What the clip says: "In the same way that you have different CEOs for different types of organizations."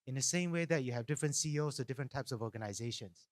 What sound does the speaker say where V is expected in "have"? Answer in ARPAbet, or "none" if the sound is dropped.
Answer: V